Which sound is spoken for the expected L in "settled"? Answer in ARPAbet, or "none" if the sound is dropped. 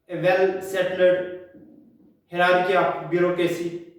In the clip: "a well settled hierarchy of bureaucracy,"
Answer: none